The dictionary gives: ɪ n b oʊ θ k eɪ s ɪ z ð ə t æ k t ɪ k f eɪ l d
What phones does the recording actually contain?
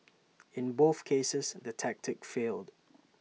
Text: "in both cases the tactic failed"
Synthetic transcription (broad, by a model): ɪ n b oʊ θ k eɪ s ɪ z ð ə t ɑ k t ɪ k f eɪ l d